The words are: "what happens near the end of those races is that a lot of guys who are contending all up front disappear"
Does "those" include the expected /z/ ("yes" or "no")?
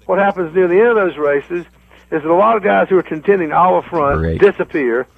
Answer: yes